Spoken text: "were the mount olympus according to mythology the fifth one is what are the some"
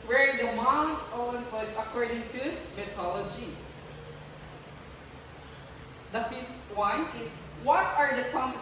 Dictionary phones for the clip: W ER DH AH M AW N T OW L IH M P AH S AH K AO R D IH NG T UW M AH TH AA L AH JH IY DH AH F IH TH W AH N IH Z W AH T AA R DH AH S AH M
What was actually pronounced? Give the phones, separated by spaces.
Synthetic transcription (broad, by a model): W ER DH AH M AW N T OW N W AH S AH K AO R D IH NG T UW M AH T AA L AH JH IY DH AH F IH S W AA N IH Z W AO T AA R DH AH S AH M